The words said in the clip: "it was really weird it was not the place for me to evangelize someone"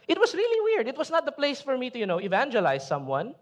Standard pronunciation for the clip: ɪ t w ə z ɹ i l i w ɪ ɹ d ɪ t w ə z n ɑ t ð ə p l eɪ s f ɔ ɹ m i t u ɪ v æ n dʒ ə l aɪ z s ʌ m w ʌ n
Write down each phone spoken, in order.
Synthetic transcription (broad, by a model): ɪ t w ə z ɹ i l i w ɪ ɹ d ɪ t w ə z n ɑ t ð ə p l eɪ s f ɔ ɹ m i t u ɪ v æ n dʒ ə l aɪ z s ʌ m w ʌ n